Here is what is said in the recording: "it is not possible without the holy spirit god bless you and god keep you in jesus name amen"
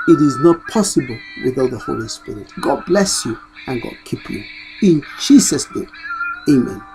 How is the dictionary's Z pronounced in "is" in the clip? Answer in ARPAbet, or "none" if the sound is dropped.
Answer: Z